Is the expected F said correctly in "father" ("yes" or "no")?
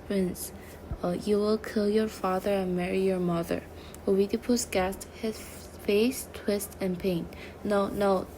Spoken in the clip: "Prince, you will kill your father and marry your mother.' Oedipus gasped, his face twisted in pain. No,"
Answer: yes